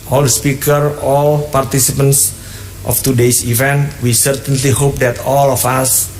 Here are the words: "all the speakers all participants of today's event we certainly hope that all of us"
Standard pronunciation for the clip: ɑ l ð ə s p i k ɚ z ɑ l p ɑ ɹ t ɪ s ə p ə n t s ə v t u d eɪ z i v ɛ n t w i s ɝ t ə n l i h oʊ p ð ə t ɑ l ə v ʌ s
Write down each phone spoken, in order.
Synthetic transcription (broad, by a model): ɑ l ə s p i k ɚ ɑ l p ɑ ɹ t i s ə p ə n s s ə f t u d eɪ s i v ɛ n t w i s ɝ t ə n l i h oʊ p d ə t ɑ l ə f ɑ s